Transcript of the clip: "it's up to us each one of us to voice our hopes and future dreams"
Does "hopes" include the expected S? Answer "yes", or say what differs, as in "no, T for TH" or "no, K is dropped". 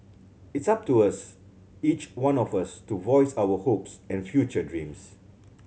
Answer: yes